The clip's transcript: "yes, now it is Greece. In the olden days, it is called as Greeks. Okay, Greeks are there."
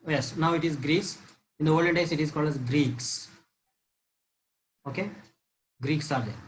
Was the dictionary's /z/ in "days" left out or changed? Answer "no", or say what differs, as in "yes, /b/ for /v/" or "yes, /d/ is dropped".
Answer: yes, /s/ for /z/